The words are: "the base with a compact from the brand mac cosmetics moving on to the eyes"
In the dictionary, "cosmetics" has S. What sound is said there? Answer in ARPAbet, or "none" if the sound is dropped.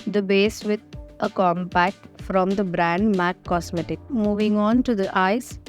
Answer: none